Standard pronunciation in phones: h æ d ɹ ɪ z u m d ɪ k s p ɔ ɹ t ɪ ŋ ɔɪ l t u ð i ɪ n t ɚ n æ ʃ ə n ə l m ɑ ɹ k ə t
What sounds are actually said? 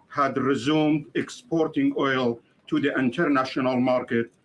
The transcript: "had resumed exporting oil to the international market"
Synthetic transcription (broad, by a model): h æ d ɹ ɪ z u m d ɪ k s p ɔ ɹ t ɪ ŋ ɔɪ l t u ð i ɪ n t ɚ n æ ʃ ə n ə l m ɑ ɹ k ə t